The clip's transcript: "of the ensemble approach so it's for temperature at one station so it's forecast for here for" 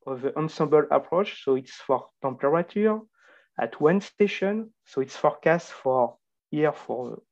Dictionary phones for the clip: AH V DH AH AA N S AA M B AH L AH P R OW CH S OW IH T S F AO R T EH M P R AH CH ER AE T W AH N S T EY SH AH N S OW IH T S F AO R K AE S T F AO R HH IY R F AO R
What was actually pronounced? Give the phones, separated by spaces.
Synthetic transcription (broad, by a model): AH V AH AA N S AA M B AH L AH P R OW CH S OW IH T S F AO R T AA P R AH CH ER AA T W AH N S T EY SH AH N S OW IH T S F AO R K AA S T F AO R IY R F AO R